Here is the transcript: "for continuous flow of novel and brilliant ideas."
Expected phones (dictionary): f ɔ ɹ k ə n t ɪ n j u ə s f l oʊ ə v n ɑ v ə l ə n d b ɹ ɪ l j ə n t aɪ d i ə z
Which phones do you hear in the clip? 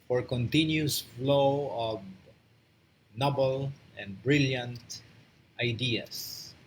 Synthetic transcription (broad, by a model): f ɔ ɹ k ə n t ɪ n j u s f l oʊ ə v n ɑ b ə l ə n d b ɹ ɪ l j ə n t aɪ d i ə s